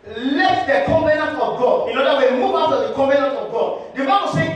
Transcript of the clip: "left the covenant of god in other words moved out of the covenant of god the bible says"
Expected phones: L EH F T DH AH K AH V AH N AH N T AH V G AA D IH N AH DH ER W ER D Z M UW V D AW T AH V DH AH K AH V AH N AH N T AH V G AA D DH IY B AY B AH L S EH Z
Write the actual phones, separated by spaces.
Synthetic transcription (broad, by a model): L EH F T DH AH K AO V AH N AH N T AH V G AA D IH N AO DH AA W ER M UW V AW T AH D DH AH K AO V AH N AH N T AH V G AA D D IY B AY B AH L S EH